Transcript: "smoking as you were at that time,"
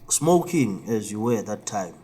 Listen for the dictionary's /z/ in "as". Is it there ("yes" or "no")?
yes